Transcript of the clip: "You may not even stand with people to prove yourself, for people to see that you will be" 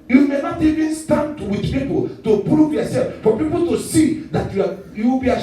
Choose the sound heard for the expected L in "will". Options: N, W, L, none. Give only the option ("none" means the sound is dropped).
W